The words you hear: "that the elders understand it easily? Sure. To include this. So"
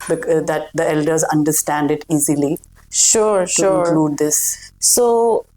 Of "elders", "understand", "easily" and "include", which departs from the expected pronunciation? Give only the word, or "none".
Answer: include